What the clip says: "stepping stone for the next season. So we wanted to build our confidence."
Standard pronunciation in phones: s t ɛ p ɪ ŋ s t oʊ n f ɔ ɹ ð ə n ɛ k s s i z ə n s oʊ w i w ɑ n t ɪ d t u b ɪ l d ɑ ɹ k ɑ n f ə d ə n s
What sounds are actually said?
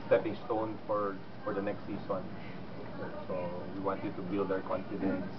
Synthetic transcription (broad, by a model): s t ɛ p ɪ ŋ s t oʊ n f ɔ ɹ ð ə n ɛ k s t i s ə n s oʊ w i w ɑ n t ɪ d t u b ɪ l d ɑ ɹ k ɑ n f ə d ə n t